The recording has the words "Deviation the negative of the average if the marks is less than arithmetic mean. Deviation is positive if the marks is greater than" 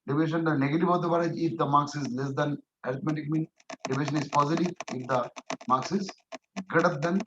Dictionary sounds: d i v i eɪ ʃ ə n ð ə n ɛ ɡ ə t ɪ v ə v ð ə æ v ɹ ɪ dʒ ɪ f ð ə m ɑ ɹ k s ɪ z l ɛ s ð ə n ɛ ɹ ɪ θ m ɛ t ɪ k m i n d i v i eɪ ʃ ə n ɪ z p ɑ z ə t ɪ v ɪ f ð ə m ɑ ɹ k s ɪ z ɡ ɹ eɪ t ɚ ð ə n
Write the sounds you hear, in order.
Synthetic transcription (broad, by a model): d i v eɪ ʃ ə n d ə n ɛ ɡ ə t ɪ v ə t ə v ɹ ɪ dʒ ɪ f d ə m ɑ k s ɪ z l ɛ s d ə n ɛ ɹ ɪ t m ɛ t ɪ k m i n d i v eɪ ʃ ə n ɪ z p ɑ z ə t ɪ v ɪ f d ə m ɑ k s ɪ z ɡ eɪ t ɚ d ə n